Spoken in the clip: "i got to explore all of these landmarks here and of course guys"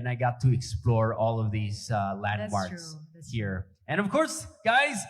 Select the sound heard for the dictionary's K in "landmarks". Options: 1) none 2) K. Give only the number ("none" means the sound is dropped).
1